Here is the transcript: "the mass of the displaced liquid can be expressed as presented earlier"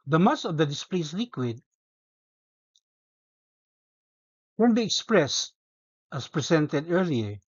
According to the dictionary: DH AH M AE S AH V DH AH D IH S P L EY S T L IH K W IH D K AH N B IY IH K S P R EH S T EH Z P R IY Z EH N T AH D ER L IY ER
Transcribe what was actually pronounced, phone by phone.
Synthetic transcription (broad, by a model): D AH M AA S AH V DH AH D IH S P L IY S L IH K W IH D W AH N B IY IH K S P R EH S T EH S P R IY S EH N T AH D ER L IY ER